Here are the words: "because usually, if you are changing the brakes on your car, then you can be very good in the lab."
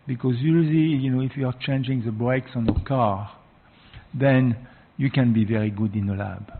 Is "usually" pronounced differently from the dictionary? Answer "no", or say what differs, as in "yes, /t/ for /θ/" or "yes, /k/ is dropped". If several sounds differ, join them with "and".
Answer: yes, /n/ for /l/